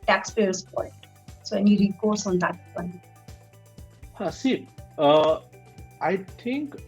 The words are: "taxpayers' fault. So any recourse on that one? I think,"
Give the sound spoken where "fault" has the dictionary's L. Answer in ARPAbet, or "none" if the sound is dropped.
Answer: N